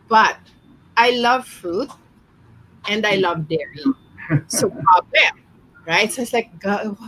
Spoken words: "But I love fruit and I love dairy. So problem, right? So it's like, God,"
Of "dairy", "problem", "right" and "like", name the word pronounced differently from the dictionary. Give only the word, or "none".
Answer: problem